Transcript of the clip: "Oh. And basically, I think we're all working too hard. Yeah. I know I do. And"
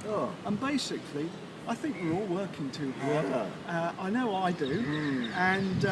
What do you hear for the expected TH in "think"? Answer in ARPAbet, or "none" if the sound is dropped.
TH